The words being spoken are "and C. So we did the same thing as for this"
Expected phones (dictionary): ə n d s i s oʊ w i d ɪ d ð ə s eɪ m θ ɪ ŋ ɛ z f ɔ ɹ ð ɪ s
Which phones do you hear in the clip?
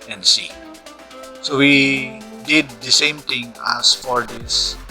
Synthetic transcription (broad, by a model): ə n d s i s oʊ w i d ɪ d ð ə s eɪ m t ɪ ŋ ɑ s f ɔ ɹ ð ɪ s